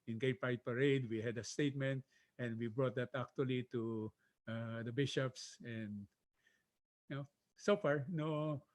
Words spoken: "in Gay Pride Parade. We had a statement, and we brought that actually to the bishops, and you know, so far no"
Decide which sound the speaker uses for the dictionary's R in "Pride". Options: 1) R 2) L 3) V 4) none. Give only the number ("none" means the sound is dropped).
4